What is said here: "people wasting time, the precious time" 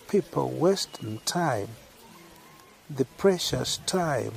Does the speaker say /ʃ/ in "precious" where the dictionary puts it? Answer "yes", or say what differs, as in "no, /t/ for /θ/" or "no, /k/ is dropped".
yes